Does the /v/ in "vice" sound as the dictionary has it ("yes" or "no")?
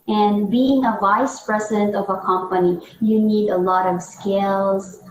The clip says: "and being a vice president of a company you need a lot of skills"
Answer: yes